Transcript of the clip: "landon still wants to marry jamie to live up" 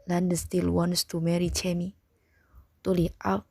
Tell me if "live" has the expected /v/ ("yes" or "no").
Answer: no